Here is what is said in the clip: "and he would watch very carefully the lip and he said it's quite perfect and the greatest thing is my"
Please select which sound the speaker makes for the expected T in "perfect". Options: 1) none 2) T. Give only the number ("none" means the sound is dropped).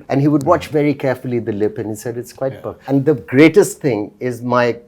1